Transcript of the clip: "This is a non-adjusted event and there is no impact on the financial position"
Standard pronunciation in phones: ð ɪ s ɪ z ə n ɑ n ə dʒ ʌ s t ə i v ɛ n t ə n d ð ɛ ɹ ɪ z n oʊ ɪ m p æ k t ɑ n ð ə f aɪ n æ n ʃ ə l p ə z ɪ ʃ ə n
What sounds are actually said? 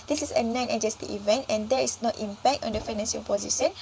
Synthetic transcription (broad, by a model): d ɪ s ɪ s ə n ɑ n ə dʒ ʌ s t ə i v ɛ n t ə n d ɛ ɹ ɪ s n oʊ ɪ m p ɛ k t ɑ n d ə f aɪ n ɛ n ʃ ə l p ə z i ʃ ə n